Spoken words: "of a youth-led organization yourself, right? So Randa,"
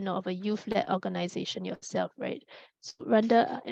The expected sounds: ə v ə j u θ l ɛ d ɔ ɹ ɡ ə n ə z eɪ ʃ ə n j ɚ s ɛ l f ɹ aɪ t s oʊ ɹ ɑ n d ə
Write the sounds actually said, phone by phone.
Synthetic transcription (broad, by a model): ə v ə j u f l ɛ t ɔ ɡ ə n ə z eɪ ʃ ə n j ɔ s ɛ l f ɹ aɪ t s oʊ ɹ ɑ n d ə